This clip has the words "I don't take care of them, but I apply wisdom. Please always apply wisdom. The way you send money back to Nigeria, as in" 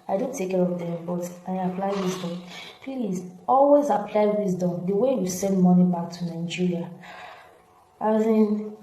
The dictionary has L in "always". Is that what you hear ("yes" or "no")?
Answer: yes